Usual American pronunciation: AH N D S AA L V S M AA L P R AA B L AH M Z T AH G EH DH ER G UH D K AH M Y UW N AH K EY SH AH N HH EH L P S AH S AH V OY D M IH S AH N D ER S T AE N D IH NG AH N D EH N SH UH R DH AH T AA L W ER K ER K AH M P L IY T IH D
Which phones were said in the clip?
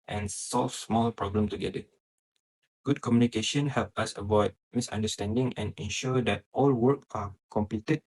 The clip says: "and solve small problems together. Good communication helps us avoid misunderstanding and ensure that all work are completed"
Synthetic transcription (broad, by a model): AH N S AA L F S M AA L P R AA B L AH M T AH G EH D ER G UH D K AH M Y UW N AH K EY SH AH N HH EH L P AH S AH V OY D M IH S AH N D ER S T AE N D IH NG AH N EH N SH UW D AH T AA L W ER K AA K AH M P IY T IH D